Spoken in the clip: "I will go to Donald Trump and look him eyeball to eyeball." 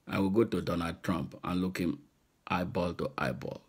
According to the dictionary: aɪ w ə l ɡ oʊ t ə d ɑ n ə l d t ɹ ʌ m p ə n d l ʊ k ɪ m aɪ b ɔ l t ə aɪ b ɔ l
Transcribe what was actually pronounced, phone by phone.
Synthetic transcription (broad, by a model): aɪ w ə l ɡ oʊ t ə d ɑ n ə d t ɹ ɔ m p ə n l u k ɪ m aɪ b ɔ l t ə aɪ b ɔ l